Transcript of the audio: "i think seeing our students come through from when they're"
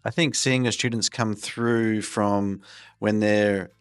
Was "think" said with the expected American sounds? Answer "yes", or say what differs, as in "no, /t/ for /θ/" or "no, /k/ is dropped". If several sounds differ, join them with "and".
yes